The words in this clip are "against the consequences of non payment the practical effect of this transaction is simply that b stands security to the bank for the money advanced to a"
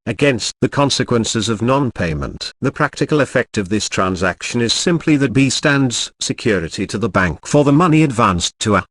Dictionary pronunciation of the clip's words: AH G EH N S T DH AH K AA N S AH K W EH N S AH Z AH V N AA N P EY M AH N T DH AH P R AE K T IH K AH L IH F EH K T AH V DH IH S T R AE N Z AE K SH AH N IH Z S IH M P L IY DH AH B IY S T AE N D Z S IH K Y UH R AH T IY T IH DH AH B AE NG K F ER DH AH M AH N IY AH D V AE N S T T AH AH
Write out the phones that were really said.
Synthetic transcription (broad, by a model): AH G EH N S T DH AH K AA N S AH K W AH N S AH Z AH V N AA N P EY M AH N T DH AH P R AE K T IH K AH L IH F EH K T AH V DH IH S T R AE N Z AE K SH AH N IH Z S IH M P L IY DH AH B IY S T AE N D Z S IH K Y UH R AH T IY T IH DH AH B AE NG K F ER DH AH M AH N IY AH D V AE N S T T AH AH